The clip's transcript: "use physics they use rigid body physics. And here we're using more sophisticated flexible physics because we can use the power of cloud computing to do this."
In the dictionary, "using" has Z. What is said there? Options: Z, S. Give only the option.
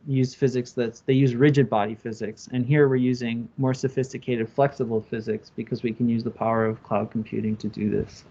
Z